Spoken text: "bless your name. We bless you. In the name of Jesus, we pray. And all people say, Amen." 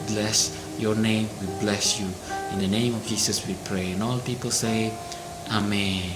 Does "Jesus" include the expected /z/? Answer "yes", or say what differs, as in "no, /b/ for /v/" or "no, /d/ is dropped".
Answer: no, /s/ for /z/